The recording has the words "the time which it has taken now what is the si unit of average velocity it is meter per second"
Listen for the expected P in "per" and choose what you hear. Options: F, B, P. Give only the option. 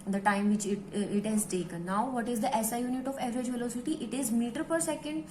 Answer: P